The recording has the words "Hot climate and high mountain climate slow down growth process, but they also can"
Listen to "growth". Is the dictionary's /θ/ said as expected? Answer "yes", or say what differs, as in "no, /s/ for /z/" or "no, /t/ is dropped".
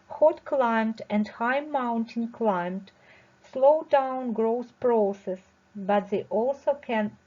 no, /s/ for /θ/